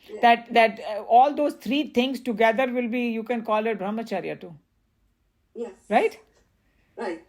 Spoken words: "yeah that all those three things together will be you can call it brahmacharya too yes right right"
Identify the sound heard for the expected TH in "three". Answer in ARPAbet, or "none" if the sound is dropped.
T